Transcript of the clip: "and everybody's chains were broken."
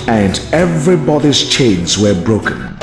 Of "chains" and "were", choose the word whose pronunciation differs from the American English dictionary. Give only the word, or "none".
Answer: none